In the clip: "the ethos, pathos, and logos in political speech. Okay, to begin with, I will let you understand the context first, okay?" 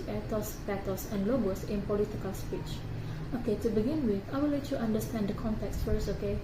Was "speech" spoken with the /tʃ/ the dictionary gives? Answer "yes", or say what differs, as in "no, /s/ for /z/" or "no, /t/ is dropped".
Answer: yes